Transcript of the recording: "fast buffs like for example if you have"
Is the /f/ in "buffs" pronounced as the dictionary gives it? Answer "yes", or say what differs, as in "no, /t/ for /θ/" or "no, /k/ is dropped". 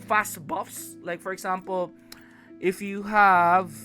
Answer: yes